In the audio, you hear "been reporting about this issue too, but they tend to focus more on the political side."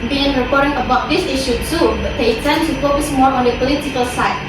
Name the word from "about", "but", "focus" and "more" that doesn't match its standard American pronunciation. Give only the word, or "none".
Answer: none